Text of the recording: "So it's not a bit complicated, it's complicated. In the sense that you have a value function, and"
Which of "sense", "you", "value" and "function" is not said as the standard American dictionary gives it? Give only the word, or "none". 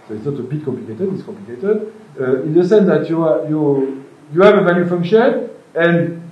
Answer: value